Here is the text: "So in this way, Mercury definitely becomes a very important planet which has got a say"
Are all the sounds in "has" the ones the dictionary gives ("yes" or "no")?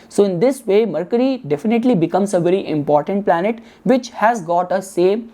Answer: yes